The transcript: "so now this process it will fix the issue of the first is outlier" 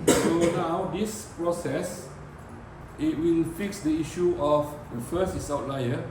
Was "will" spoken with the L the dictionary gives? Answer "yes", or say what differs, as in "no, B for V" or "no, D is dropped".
no, N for L